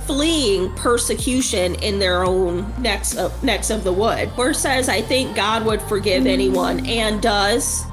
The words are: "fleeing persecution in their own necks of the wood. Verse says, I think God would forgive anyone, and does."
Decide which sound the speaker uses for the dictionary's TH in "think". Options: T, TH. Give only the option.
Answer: TH